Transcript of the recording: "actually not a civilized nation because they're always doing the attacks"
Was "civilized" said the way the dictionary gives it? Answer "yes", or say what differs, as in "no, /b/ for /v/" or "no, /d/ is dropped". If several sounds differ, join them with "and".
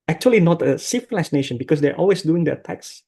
no, /f/ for /v/